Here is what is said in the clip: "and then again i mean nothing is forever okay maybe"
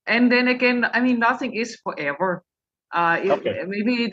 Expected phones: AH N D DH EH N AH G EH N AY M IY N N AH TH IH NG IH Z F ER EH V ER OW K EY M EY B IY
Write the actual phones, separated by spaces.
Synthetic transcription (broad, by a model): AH N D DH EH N AH G EH N AY M IY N N AH TH IH NG IH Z F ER EH V ER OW IH M EY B IY